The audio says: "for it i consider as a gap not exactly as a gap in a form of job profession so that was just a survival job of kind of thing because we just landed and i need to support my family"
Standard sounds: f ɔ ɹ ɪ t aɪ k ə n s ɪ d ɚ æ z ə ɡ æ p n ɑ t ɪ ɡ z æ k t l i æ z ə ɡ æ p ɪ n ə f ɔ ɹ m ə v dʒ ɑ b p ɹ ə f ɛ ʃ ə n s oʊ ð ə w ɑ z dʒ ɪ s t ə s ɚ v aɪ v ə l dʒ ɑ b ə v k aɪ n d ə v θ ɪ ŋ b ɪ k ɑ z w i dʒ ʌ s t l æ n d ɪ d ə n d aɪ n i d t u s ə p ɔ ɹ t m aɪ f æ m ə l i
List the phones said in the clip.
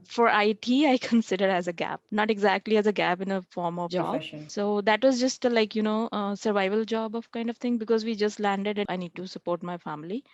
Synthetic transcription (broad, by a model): f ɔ ɹ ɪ t aɪ k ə n s ɪ d ɚ æ z ə ɡ æ p n ɑ t ɪ ɡ z æ k t l i æ z ə ɡ æ p ɪ n ə f ɔ ɹ m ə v dʒ ɑ b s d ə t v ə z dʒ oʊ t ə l ɑ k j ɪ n ə s ɚ v aɪ v ə l dʒ ɑ b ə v k aɪ n d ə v t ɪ ŋ b ɪ k ɑ z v i dʒ ʌ s t l æ n d ɪ d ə aɪ n i d t u s ə p ɔ ɹ t m aɪ f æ m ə l i